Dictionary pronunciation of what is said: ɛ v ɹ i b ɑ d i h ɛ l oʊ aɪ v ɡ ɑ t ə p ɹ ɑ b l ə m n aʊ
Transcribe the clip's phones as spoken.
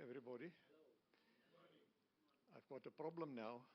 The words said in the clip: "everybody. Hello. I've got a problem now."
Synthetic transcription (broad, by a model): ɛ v ɹ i b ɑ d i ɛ ɪ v ɡ ɑ t ə p ɹ ɑ b l ə m n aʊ